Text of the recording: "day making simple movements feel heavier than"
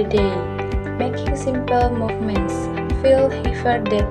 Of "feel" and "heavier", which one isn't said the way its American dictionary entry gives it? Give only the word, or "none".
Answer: heavier